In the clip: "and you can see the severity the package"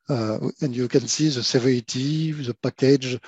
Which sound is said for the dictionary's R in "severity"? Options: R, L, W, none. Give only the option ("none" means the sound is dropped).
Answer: none